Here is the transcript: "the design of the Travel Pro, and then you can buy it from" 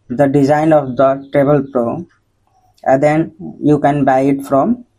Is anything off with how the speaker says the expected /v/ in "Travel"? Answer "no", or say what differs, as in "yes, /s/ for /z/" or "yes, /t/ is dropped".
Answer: yes, /b/ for /v/